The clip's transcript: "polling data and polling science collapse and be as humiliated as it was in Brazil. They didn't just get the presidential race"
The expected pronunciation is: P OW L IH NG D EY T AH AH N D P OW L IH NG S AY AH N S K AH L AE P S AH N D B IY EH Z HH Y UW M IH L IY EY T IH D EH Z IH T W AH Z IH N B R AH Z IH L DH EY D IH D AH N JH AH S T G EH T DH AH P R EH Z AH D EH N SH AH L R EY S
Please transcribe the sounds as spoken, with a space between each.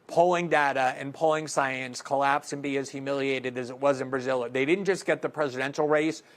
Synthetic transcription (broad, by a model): P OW L IH NG D EY T AH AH N P OW L IH NG S AY AH N S K AH L AE P S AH N B IY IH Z HH Y UW M IH L IY EY T IH D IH Z IH T W AH Z IH N B R AH Z IH L DH EY D IH D N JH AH S G EH T DH AH P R EH Z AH D EH N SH L R EY S